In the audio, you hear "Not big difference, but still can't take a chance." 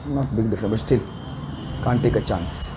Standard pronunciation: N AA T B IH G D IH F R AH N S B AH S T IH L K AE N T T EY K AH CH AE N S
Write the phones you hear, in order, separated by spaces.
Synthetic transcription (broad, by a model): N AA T B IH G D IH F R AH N B AH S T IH L K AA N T T EY K AH CH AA N S